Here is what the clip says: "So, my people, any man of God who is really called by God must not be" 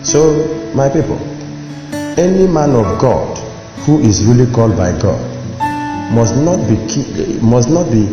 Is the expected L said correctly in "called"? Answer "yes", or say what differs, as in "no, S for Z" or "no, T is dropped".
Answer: yes